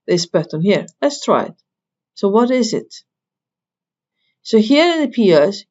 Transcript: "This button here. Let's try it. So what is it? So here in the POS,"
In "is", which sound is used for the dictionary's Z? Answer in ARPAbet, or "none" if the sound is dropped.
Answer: Z